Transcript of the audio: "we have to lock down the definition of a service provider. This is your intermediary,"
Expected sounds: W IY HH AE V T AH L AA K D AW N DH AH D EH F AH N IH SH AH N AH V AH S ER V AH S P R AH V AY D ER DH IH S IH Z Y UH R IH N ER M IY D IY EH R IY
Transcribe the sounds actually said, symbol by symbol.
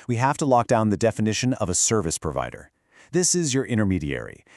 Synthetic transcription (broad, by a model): W IY HH AE F T AH L AA K D AW N DH AH D EH F AH N IH SH AH N AH V AH S ER V AH S P R AH V AY D ER DH IH S IH Z Y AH R IH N ER M IY D IY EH R IY